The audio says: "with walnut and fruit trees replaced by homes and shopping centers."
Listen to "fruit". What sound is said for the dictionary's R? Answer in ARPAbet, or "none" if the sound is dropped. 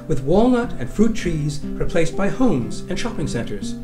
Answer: R